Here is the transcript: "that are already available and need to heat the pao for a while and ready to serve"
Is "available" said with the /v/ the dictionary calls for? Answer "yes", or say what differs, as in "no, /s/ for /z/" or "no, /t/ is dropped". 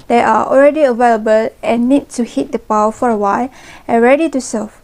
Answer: yes